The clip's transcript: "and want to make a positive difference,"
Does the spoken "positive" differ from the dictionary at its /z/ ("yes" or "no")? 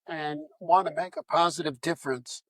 no